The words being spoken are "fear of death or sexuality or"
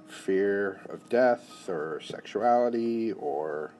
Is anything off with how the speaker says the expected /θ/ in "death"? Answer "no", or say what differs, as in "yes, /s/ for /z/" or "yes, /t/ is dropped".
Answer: no